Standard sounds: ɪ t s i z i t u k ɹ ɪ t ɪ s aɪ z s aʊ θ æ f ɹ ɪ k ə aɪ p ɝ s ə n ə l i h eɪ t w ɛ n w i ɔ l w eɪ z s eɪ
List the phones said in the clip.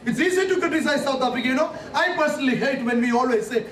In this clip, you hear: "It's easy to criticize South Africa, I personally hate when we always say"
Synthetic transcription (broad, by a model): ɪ t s i z i t u k ɹ ɪ t ɪ s aɪ z s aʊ t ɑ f ɹ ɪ k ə aɪ p ɝ s ə n ə l i h eɪ t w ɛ n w i ɔ l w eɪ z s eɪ